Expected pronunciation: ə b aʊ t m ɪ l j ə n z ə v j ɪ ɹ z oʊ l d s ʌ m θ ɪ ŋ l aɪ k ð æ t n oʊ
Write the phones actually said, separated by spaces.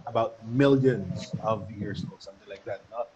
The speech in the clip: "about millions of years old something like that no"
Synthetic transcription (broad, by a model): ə b aʊ t m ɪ l j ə n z ə v j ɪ ɹ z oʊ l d s ʌ m θ ɪ ŋ l aɪ k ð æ t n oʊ